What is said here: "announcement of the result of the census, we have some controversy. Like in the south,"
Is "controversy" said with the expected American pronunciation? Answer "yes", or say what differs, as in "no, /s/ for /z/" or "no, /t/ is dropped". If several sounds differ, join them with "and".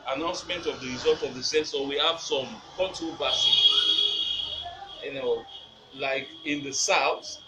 no, /n/ is dropped